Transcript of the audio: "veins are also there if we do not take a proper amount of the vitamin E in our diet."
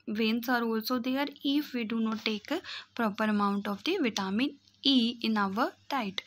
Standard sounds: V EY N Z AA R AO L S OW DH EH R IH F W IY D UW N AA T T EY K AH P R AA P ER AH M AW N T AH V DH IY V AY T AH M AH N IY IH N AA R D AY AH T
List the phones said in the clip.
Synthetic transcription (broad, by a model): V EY N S AA R AO L S OW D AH R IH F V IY D UW N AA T T EY K P R AA P ER AH M AW N T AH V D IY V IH T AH M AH N IY IH N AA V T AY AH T